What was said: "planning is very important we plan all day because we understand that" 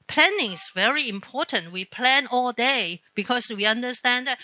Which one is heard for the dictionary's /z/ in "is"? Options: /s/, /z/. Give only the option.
/s/